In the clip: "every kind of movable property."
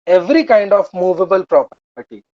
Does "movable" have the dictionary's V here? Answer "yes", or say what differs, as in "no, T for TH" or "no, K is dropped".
yes